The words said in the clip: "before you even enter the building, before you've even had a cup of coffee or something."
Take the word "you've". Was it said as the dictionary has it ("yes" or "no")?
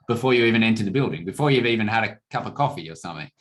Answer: yes